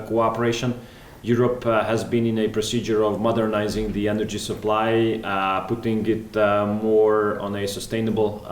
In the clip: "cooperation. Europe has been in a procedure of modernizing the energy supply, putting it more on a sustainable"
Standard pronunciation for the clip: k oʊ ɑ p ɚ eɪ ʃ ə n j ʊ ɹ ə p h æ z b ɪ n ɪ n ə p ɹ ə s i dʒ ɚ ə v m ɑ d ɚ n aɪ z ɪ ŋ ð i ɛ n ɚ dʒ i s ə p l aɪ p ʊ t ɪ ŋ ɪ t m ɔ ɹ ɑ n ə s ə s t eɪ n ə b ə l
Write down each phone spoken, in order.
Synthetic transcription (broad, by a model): k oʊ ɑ p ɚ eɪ ʃ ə n j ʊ ɹ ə p h æ z b ɪ n ɪ n ə p ɹ ə s i dʒ ɚ ə v m ɑ d ɚ n aɪ z ɪ ŋ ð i ɛ n ɚ dʒ i s ə p l aɪ p ʊ t ɪ ŋ ɪ t m ɔ ɹ ɑ n ə s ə s t eɪ n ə b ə l